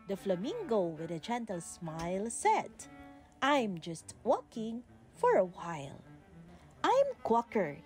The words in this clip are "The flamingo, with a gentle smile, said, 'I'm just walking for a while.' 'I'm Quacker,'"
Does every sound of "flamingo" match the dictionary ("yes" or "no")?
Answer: yes